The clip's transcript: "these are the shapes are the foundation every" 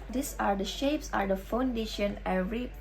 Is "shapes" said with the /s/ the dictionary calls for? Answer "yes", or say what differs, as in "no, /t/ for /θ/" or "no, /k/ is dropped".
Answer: yes